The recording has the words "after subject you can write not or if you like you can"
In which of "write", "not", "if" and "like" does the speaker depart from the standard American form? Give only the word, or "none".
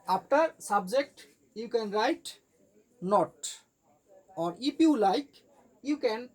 if